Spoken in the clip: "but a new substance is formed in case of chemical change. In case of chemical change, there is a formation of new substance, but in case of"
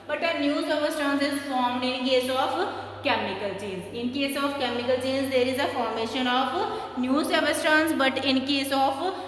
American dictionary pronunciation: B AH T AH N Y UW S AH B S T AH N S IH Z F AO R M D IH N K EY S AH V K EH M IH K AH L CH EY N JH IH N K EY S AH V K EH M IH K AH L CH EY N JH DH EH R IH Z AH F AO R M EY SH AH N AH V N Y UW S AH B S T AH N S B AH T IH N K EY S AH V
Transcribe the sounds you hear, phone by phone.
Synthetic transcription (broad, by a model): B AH T AH N Y UW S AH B S T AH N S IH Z F AO R M D IH N K EY S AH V K EH M IH K AH L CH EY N Z IH N K EY S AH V K EH M IH K AH L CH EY N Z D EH R IH Z AH F AO R M EY SH AH N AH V N Y UW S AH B S T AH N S B AH T IH N K EY S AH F